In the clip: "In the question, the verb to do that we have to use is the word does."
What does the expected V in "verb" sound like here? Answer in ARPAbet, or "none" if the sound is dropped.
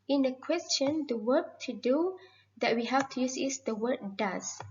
W